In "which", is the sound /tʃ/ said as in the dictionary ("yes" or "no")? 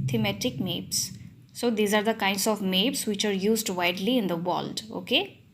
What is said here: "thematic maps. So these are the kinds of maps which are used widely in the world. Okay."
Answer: yes